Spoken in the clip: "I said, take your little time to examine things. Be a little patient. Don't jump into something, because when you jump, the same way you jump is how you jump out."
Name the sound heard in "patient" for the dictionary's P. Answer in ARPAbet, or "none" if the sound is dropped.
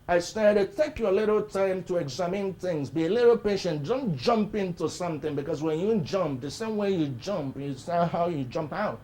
P